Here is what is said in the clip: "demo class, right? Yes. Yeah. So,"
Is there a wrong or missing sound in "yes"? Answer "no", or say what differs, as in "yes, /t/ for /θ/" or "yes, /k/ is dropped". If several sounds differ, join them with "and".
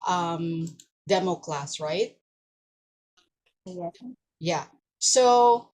yes, /s/ is dropped